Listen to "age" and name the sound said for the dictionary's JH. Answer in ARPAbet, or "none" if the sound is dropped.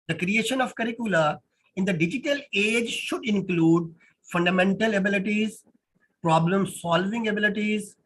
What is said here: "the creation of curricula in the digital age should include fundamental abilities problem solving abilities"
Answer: JH